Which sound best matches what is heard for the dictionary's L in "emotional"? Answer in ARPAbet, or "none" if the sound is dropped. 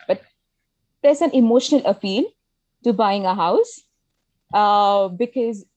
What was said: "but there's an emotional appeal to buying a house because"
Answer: L